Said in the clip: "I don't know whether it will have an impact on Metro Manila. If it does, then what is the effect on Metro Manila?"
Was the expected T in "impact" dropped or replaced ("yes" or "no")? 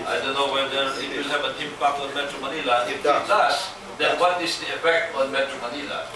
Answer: yes